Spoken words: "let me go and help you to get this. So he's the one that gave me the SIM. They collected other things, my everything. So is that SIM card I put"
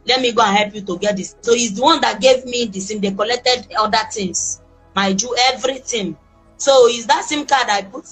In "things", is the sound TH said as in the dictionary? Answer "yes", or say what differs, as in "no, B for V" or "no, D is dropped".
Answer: no, T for TH